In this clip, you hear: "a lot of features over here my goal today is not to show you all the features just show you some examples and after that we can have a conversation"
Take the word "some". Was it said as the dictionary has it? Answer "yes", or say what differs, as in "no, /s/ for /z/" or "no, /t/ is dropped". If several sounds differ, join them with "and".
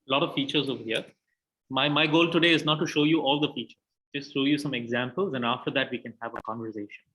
yes